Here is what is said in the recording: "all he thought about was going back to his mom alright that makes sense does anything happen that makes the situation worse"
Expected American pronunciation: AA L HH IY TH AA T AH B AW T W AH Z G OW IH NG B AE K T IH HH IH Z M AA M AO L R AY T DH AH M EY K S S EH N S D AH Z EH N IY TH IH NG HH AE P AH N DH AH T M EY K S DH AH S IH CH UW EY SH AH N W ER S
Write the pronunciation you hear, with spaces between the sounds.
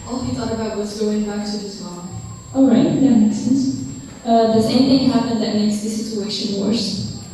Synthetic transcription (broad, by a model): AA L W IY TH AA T AH B AW T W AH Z G OW IH NG B AE K T IH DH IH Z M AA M AO L R AY T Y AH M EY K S S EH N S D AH S EH IY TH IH NG HH AE P AH N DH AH T M EY K S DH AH S IH CH UW EY SH AH N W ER S